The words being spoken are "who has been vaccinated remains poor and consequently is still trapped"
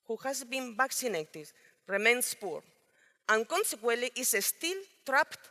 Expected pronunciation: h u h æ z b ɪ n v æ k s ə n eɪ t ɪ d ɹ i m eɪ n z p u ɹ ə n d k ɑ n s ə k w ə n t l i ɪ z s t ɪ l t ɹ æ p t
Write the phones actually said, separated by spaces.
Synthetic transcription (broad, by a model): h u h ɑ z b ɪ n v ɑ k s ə n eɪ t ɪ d ɹ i m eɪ n s p u ɹ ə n k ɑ n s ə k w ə l t i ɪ s t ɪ l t ɹ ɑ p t